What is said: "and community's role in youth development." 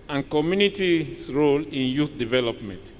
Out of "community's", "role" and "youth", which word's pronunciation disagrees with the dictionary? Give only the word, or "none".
community's